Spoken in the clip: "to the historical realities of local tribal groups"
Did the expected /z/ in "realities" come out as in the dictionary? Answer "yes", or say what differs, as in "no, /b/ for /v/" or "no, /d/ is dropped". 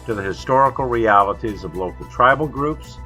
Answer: yes